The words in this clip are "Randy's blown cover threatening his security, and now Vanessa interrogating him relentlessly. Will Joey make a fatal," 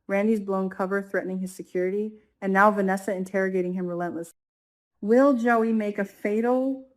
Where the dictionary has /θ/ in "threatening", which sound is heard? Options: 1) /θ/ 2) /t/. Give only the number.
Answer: 1